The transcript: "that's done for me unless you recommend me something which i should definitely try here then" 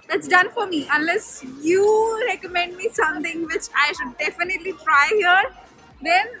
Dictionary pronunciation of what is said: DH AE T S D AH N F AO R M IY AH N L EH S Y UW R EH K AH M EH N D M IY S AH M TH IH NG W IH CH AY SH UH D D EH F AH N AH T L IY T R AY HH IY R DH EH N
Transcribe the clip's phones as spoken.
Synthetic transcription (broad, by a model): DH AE T S D AH N F AO R M IY AH N L EH S Y UW R EH K AH M EH N D M IY S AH M T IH NG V IH CH AY SH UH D D EH F AH N AH T L IY T R AY HH IY R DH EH N